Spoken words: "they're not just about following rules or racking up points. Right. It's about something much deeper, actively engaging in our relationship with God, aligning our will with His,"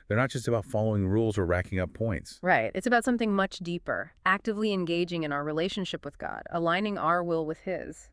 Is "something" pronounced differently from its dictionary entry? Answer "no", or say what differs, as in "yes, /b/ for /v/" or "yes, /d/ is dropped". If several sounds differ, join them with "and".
no